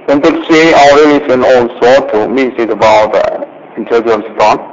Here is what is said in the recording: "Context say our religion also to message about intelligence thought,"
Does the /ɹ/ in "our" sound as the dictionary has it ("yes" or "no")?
no